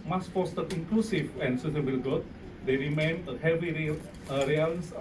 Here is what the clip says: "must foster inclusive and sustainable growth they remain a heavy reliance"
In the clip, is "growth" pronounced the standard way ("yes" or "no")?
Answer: no